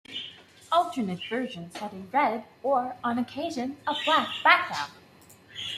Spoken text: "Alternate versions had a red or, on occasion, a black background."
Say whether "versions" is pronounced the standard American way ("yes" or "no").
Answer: yes